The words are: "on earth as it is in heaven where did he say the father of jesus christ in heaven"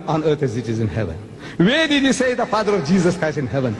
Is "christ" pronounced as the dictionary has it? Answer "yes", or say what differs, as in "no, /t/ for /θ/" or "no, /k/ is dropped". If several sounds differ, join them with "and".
yes